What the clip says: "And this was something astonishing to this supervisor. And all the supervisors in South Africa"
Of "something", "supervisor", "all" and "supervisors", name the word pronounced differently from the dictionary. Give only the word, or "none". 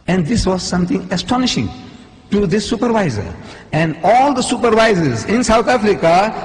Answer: something